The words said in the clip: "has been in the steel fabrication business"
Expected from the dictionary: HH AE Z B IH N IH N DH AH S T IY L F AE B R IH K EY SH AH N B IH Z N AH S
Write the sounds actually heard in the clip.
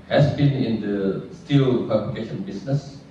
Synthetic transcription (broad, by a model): HH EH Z B IH N IH N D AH S T IY L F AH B L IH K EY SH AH N B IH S N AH S